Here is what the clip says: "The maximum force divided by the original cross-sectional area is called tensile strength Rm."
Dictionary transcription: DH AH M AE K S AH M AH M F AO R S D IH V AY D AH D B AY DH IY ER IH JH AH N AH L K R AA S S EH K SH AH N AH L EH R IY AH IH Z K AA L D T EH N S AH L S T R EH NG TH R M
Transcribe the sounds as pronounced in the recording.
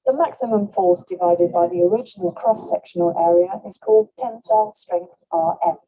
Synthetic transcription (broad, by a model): DH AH M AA K S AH M AH M F AO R S D IH V AY D AH D B AY DH IY ER IH JH AH N AH L K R AA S S EH K SH AH N AH L EH R IY AH IH Z K AA L D T EH N S AH L S T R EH NG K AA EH